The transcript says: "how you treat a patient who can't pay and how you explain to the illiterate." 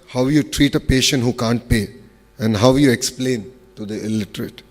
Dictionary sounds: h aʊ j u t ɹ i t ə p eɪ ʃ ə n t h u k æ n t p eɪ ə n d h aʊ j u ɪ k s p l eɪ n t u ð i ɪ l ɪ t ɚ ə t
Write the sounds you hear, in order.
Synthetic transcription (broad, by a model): h aʊ j u t ɹ i t ə p eɪ ʃ ə n t h u k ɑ n t p eɪ ə n d h aʊ j u ɪ k s p l eɪ n t u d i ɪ l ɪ t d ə t